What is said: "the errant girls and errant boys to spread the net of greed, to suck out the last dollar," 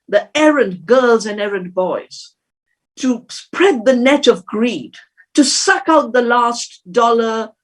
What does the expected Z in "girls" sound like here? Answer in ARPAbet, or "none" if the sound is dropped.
Z